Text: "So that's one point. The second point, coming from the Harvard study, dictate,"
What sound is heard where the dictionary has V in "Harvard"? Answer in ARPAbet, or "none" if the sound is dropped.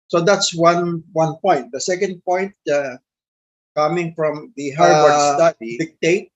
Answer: none